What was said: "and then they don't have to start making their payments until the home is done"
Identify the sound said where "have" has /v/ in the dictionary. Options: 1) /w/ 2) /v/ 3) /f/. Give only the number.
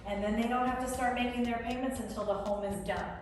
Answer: 3